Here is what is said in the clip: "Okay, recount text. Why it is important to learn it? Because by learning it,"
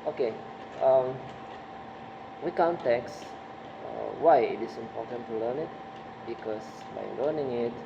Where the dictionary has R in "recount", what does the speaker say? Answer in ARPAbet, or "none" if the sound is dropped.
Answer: W